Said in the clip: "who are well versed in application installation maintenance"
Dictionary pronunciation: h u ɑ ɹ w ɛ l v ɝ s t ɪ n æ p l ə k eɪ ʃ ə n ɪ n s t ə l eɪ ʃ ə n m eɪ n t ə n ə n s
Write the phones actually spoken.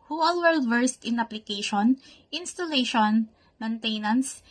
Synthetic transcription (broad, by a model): h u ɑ l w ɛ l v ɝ s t ɪ n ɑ p l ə k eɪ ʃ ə n ɪ n s t ə l eɪ ʃ ə n m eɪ n t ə n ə n s